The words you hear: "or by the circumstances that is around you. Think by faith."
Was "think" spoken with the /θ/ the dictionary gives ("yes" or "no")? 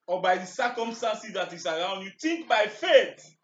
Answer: no